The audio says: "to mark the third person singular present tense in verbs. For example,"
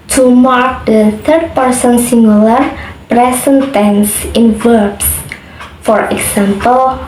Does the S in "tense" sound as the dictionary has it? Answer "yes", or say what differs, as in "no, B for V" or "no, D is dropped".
yes